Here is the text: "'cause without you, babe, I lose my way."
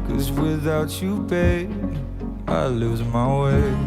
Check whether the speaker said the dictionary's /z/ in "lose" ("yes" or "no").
yes